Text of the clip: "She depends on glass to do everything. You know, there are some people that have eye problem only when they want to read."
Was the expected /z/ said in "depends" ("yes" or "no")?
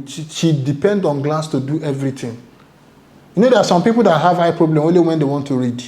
no